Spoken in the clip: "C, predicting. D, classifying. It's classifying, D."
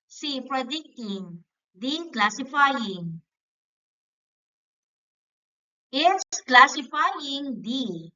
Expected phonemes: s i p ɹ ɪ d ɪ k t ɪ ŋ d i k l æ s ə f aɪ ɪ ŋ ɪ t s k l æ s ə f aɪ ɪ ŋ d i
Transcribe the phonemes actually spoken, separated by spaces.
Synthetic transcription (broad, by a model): s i p ɹ ɪ d ɪ k t ɪ ŋ d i k l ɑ s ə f aɪ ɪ ŋ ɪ s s k l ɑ s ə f aɪ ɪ ŋ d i